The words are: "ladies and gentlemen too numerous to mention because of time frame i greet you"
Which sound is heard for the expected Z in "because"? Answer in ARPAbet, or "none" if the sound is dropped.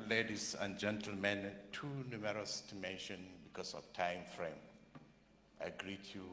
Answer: S